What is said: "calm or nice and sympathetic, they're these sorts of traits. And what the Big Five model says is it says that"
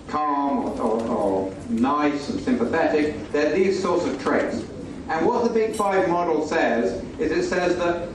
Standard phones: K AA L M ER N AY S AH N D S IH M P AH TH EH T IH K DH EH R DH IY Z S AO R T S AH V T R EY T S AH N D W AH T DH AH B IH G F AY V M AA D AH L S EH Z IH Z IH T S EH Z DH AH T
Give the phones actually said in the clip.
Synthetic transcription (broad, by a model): K AA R M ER N AY S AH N S IH M P AH TH EH T IH K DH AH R DH IY Z S AO R T S AH V T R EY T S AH N W AH T DH AH B IH G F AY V M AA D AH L S EH Z IH Z IH T S EH Z DH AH T